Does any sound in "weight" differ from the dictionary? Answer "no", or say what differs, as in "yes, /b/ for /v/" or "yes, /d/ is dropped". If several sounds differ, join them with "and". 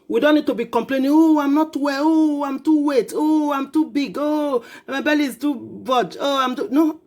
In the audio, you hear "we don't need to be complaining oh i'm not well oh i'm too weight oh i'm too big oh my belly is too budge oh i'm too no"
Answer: no